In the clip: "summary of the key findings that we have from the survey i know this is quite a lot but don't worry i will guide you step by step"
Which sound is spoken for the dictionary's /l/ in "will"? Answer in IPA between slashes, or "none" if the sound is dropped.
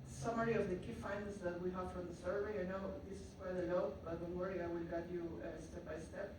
/n/